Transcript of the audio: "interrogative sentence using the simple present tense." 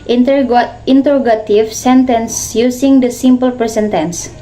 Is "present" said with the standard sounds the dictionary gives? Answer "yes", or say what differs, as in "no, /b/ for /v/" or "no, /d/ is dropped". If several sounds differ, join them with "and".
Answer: no, /ɹ/ is dropped and /s/ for /z/